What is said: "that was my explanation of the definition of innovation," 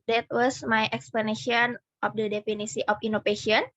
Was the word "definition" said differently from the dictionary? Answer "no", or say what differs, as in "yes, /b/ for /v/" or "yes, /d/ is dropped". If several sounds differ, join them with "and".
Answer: yes, /s/ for /ʃ/